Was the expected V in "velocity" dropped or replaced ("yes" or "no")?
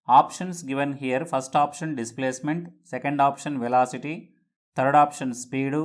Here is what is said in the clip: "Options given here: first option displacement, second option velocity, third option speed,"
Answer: no